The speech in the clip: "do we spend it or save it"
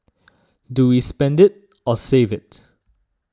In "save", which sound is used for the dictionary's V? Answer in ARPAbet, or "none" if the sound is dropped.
V